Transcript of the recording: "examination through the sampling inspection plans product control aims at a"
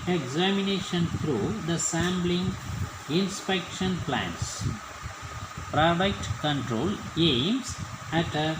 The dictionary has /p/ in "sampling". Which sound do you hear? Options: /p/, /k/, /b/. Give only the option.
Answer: /b/